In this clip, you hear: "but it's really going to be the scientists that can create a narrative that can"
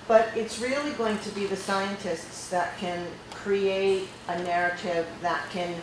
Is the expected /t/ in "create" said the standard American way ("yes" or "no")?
yes